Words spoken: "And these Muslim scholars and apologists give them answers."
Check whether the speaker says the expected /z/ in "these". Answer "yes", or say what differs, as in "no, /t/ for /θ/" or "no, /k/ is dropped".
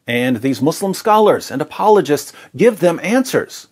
yes